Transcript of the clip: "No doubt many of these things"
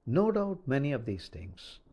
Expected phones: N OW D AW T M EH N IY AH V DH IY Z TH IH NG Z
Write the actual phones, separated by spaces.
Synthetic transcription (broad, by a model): N OW D AW T M EH N IY AH V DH IY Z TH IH NG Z